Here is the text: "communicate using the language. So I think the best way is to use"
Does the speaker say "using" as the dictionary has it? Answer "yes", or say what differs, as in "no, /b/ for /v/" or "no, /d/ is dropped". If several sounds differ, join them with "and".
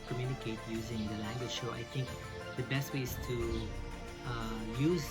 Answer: yes